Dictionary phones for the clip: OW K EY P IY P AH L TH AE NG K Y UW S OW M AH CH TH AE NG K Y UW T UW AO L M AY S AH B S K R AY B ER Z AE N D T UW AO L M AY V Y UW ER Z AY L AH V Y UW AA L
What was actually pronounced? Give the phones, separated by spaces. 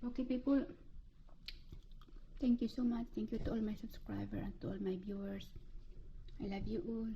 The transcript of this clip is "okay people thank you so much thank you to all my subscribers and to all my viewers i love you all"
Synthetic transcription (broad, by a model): OW K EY P IY P AH L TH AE NG K Y UW S OW M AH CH T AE NG K Y UW T UW AO L M AY S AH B S K R AY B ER AE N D T UW AO L M AY B Y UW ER S AY L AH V Y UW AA L